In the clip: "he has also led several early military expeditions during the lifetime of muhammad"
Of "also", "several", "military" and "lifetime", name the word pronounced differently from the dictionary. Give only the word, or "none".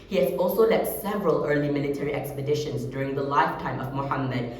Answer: none